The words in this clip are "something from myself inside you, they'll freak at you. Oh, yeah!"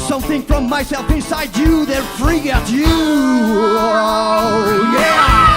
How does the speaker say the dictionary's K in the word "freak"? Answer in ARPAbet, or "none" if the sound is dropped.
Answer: none